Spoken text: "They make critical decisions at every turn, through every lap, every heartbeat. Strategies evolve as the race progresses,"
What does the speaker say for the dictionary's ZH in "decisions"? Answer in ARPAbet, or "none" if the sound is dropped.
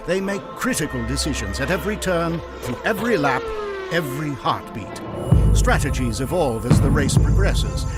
ZH